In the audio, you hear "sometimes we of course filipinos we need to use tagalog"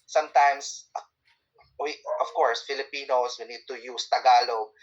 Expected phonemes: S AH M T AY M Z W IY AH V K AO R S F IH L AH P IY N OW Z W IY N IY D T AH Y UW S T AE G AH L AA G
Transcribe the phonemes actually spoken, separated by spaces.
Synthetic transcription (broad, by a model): S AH M T AY M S W IY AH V K AO R S F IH L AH P IY N OW S W IY N IY D T AH Y UW S T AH G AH L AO